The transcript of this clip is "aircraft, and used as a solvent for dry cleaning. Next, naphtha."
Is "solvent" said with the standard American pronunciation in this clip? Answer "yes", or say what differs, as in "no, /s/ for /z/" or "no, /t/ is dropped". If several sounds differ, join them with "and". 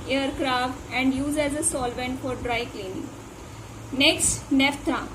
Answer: yes